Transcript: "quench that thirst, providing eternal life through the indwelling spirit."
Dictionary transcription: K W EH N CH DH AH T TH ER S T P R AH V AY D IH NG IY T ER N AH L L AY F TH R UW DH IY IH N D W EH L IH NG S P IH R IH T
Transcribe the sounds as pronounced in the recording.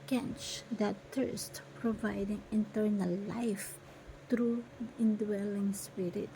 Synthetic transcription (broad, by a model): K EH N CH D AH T T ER S T P R AH V AY D IH NG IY T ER N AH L L AY F T R UW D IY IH N D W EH L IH NG S P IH R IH T